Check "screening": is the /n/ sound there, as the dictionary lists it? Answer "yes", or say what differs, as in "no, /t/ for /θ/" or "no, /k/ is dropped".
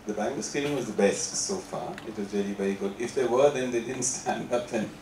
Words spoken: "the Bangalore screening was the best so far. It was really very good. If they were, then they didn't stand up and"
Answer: no, /l/ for /n/